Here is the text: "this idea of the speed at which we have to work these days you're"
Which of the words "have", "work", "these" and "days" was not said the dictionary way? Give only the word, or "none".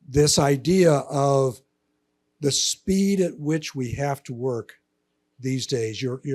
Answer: have